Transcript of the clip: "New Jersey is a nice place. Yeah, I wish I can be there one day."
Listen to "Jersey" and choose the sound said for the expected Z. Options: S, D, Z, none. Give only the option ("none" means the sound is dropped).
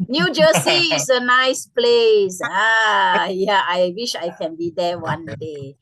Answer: S